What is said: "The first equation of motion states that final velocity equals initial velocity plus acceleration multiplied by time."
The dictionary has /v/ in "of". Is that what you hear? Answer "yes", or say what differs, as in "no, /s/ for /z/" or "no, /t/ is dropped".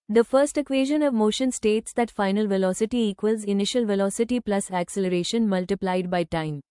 yes